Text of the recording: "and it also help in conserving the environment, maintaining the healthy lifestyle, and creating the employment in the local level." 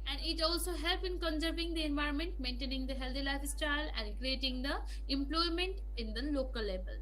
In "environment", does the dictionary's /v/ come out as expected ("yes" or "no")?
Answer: yes